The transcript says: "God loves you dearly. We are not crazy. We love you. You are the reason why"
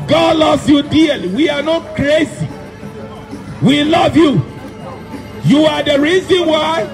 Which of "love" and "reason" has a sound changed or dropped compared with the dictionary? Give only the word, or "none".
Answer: none